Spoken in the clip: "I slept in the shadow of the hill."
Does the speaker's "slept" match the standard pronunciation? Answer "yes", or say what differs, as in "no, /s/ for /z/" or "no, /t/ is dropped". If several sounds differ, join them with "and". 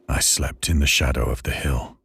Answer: yes